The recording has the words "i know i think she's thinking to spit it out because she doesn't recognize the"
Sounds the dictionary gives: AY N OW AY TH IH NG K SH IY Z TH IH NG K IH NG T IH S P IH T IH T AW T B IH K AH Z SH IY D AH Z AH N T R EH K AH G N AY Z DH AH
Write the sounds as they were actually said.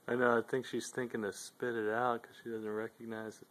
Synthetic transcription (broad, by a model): AY N OW AY TH IH NG K SH IY Z TH IH NG K IH NG T IH S P IH T IH T AW T K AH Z SH IY D AH Z AH N T R EH K AH G N AY Z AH